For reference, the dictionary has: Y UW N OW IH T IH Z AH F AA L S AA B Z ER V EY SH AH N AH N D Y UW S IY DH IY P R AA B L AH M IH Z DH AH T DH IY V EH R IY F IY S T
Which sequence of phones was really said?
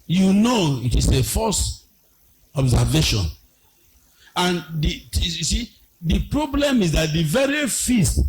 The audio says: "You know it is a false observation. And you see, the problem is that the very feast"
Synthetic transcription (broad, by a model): Y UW N OW IH T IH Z AH F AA S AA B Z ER V EY SH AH N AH N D Y UW S IY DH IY P R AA B L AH M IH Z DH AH T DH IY V EH R IY F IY S T